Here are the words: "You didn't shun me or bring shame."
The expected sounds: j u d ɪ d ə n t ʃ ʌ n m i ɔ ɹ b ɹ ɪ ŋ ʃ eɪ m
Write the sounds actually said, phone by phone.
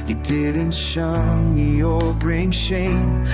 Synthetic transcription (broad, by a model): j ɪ d ɪ d ə n t ʃ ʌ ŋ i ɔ l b ɹ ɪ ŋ ʃ eɪ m